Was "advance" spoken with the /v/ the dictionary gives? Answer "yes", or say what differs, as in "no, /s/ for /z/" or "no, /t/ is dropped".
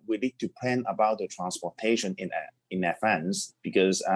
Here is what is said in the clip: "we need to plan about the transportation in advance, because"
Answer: no, /f/ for /v/